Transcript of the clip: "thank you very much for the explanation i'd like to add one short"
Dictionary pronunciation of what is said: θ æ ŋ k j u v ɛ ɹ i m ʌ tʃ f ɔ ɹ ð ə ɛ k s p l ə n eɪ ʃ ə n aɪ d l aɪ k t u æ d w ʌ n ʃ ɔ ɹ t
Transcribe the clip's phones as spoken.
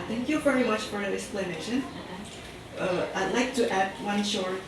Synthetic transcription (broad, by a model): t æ ŋ k j u v ɛ ɹ i m ʌ tʃ f ɔ ɹ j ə ɛ k s p l ə n eɪ ʃ ə n aɪ d l aɪ k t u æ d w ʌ n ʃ ɔ ɹ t